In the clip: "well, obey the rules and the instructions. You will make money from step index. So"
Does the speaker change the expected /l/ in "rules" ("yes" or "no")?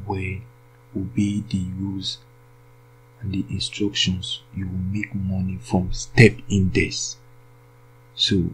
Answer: yes